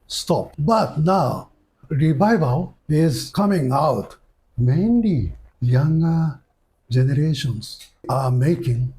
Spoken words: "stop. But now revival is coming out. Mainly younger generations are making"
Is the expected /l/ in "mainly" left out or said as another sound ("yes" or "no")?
yes